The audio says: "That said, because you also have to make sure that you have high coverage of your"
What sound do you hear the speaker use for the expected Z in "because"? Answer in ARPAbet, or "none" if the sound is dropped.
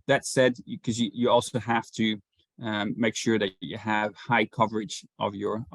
none